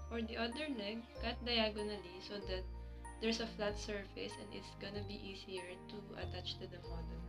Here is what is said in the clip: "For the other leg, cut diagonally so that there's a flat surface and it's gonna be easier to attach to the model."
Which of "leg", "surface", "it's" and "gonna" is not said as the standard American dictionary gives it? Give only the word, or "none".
leg